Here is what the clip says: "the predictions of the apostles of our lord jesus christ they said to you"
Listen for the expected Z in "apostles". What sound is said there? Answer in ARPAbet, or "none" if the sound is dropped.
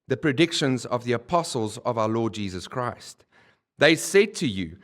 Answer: Z